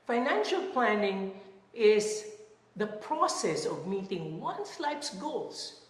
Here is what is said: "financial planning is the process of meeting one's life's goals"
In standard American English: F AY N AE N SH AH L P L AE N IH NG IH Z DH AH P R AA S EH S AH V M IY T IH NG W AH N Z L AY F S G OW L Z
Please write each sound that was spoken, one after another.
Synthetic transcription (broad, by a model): F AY N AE N SH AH L P L AE N IH NG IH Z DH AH P R AA S EH S AH V M IY T IH NG W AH N S L AY P S G OW L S